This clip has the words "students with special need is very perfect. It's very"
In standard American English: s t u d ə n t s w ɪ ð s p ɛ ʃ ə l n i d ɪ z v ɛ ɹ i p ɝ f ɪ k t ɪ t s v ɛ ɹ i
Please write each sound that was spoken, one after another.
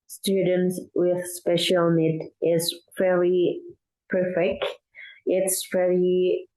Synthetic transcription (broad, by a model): s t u d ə n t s w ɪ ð s p ɛ ʃ ə l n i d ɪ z f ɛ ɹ i p ɝ f ɪ k t ɪ t s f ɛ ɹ i